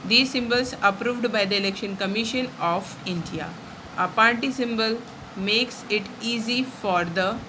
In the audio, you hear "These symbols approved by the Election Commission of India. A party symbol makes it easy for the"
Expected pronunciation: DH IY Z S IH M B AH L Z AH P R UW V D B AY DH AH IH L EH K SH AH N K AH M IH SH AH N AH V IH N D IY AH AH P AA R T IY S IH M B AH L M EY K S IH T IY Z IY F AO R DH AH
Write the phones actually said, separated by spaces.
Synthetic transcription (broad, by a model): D IY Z S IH M B AH L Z AH P R UW V D B AY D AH IH L EH K SH AH N K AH M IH SH AH N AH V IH N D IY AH AH P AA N T IY S IH M B AH L M EY K S IH T IY Z IY F AO R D AH